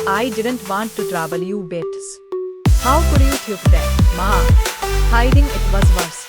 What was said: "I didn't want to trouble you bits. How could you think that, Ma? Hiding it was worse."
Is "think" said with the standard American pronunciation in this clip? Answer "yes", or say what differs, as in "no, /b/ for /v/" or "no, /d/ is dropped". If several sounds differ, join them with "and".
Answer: no, /t/ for /θ/ and /ŋ/ is dropped